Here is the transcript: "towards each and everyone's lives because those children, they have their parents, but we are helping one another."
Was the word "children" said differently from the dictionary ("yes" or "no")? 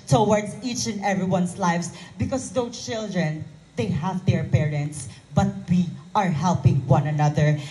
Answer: no